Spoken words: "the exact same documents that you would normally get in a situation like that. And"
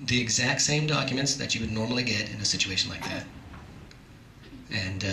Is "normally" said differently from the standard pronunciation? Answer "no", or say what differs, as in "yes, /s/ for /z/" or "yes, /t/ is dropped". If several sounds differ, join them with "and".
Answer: no